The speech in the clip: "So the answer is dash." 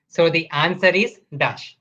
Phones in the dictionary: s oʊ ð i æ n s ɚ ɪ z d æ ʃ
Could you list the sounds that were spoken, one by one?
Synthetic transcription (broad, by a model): s oʊ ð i æ n s ɚ ɪ z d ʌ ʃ